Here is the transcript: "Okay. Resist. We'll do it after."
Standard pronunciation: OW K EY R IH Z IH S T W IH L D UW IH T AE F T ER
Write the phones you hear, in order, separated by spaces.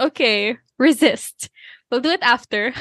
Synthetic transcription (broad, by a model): OW K EY R IH Z IH S T W IH L D UW IH T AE F T ER